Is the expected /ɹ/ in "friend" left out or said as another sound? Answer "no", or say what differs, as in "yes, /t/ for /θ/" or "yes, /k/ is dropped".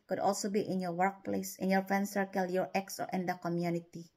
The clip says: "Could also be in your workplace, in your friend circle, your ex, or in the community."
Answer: yes, /ɹ/ is dropped